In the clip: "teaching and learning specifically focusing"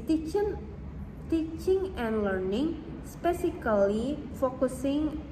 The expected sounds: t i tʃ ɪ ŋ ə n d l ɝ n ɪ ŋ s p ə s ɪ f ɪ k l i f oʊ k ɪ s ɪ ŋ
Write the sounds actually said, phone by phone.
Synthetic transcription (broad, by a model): t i tʃ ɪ ŋ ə n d l ɝ n ɪ ŋ s p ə s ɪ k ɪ l i f oʊ k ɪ s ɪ ŋ